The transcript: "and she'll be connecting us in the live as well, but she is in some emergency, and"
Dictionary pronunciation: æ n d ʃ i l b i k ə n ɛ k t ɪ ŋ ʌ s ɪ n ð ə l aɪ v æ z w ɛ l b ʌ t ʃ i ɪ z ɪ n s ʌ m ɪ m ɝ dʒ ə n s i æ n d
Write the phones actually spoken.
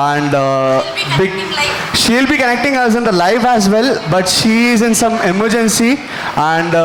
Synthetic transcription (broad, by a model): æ n d ʃ i l b i k ə n ɛ k t ɪ ŋ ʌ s ɪ n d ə l aɪ f æ z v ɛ l b ʌ t ʃ i ɪ z ɪ n s ʌ m ɪ m ɝ dʒ ə n s i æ n d